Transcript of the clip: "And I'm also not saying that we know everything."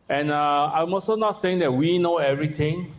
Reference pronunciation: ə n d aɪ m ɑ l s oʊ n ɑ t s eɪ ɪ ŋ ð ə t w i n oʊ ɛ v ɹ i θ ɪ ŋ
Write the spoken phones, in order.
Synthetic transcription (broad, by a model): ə n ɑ aɪ m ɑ s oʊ n ɑ t s eɪ ɪ ŋ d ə t w i n oʊ ɛ v ɹ i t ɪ ŋ